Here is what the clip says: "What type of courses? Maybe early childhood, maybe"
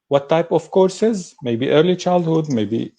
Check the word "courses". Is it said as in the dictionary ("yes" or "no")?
yes